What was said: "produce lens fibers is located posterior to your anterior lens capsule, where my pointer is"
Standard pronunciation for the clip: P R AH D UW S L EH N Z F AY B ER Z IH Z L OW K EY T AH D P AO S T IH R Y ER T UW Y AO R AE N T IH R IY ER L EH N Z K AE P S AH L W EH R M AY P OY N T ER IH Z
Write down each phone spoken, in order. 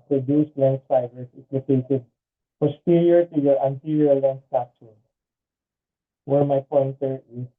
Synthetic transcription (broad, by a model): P R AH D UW S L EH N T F AY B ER S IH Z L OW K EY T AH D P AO S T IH R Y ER T UW Y AO R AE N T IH R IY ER L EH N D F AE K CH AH N W EH R M AY P OY N T ER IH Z